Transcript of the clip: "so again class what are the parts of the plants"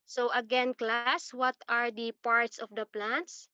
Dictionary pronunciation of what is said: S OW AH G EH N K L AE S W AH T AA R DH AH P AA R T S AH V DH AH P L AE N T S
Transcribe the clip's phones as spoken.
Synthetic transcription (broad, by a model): S OW AH G EH N K L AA S W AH T AA R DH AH P AA R T S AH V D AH P L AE N T S